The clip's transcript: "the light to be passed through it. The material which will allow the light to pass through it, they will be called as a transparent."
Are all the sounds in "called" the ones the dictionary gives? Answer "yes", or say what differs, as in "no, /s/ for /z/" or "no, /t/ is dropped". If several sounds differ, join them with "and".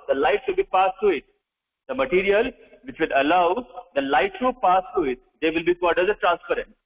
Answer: no, /l/ is dropped